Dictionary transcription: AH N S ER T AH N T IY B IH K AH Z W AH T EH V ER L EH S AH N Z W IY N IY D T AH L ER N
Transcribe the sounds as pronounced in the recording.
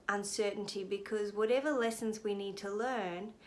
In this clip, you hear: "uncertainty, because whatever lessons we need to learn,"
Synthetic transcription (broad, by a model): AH N S ER T N T IY B IH K AH Z W AH T EH V ER L EH S AH N Z W IY N IY D T AH L ER N